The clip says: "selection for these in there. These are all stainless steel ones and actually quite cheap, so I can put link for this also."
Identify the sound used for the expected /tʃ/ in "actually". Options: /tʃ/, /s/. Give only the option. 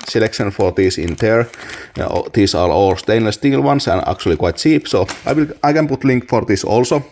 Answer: /tʃ/